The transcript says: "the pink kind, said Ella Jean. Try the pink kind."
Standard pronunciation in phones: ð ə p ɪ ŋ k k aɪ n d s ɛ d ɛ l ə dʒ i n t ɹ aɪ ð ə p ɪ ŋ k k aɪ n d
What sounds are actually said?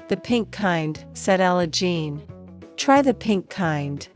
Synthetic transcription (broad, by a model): ð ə p ɪ ŋ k k aɪ n d s ɛ d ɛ l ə dʒ i n t ɹ aɪ ð ə p ɪ ŋ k k aɪ n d